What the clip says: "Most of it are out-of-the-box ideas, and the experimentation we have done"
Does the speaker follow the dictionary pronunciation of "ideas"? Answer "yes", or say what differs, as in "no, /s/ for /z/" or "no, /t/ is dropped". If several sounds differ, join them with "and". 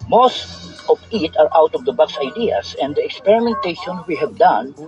no, /s/ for /z/